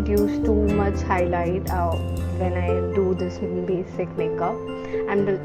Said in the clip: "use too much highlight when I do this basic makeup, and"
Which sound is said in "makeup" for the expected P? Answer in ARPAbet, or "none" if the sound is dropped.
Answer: none